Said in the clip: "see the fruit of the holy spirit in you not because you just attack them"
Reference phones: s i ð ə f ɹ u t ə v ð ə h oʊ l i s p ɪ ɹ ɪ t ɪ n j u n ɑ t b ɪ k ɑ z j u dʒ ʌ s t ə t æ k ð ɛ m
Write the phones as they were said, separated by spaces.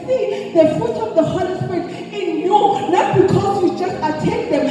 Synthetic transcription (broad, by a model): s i ð ə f u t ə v ð ə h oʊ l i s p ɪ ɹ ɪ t ɪ n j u n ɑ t b ɪ k ɑ z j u dʒ ʌ s t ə t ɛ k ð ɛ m